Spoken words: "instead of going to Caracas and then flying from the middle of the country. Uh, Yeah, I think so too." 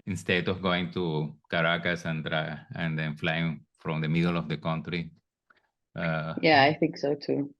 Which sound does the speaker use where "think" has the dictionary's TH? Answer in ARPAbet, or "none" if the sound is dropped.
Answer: TH